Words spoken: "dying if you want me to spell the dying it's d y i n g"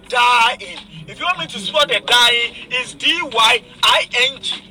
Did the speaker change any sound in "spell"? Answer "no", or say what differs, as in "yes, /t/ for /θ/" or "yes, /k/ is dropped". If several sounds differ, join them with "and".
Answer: yes, /p/ is dropped